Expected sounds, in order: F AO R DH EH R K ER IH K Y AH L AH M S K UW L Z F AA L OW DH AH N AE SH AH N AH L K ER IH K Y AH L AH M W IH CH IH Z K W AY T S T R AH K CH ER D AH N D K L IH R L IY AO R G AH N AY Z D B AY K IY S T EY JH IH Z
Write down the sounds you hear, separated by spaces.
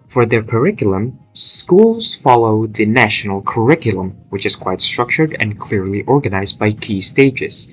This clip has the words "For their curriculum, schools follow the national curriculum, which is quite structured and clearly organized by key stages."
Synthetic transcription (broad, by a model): F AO R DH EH R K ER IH K Y L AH M S K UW L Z F AA L OW DH AH N AE SH AH N AH L K ER IH K Y AH L AH M W IH CH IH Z K W AY T S T R AH K CH ER D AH N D K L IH R L IY AO R G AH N AY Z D B AY K IY S T EY JH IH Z